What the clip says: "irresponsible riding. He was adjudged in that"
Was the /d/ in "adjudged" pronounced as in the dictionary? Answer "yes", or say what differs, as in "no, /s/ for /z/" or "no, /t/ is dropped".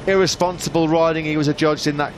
yes